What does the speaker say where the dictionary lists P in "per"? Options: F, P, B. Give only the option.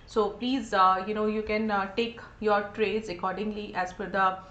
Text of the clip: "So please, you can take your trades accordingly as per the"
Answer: F